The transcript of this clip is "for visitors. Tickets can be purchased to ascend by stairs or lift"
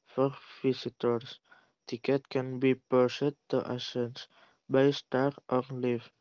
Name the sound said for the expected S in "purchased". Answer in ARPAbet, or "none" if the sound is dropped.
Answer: none